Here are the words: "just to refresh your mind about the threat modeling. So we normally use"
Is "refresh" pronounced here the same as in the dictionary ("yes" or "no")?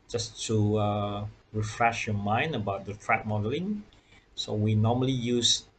yes